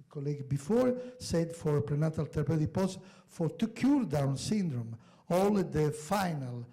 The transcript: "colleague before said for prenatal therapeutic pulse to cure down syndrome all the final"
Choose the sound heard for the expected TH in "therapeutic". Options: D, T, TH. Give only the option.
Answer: T